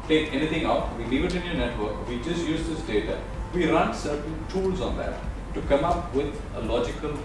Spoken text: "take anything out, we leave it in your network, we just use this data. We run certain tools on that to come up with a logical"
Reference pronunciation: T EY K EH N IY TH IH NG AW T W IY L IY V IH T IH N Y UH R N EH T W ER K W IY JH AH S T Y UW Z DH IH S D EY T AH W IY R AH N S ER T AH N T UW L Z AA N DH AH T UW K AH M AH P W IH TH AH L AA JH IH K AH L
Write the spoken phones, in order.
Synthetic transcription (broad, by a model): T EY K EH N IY T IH NG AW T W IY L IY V IH T IH N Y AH N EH T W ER K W IY JH AH S T Y UW Z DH IH S D EY T AH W IY R AH N S ER T AH N T UW L Z AA N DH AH T UW K AH M AH P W IH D AH L AA JH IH K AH L